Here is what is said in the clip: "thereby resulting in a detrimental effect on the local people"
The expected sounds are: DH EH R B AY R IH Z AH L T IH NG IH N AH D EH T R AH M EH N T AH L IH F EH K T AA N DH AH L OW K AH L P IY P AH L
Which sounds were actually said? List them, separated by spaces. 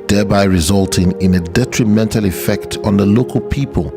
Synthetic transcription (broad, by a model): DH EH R B AY R IH Z AH L T IH NG IH N AH D EH T R AH M EH N T AH L IH F EH K T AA N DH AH L OW K AH L P IY P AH L